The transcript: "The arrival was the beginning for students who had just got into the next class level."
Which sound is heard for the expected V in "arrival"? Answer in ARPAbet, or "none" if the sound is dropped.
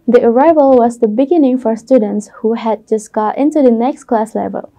V